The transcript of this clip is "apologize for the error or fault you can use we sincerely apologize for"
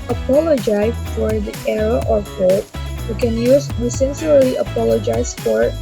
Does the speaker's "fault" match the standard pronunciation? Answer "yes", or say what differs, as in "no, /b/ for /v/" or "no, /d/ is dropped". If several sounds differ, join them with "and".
no, /l/ is dropped